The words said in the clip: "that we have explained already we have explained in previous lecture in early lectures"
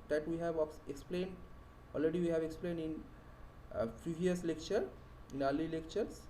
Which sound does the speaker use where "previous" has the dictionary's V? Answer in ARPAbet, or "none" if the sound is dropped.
none